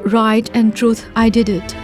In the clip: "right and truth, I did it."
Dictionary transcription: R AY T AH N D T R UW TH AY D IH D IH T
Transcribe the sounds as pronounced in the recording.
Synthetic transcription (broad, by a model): R AY T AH N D T R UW T AY D IH D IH T